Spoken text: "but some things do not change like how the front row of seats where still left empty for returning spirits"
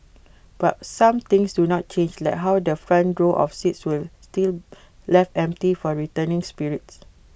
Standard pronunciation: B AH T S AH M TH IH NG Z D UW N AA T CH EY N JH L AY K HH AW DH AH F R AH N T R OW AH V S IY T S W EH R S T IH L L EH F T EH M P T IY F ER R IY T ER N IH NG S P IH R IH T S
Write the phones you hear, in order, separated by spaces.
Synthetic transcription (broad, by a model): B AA T S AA M T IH NG S D UW N AA T CH EY N JH L AY K HH AW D AH F R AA N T R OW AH F S IY T S W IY L S T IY L L EH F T EH M P T IY F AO R IY T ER N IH NG S P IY R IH T S